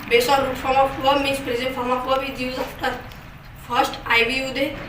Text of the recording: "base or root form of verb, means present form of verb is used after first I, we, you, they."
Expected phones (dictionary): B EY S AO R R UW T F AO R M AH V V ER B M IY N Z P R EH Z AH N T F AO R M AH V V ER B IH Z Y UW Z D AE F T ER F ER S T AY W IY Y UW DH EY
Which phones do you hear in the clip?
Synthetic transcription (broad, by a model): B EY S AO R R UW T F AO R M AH F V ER M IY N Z P R EH Z AH N T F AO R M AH F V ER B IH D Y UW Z AA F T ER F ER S T AY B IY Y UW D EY